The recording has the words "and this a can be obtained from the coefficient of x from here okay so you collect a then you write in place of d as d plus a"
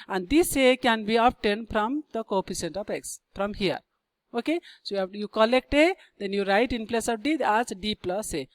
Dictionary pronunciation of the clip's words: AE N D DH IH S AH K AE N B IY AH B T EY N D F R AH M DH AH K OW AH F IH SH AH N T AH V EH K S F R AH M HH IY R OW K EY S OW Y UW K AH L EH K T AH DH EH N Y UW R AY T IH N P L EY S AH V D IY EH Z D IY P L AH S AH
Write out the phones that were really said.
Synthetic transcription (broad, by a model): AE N D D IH S AH K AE N B IY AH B T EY N D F R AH M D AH K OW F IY S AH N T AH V EH K S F R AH M HH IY R OW K EY S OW Y UW K AH L EH K T AH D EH N Y UW R AY T IH N P L EY S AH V D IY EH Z D IY P L AH S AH